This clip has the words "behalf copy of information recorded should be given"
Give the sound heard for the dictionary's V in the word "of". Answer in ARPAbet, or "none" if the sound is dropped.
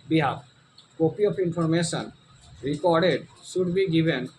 P